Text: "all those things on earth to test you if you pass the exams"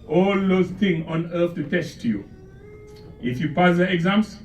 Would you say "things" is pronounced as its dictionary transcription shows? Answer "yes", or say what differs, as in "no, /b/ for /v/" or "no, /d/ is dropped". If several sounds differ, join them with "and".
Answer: no, /z/ is dropped